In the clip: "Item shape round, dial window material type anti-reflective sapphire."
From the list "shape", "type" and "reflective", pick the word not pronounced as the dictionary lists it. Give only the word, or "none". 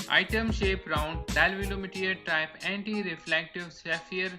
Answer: none